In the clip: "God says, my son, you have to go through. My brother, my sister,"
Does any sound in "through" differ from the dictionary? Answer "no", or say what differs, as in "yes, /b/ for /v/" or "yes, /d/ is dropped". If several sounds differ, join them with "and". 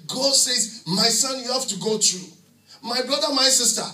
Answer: yes, /t/ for /θ/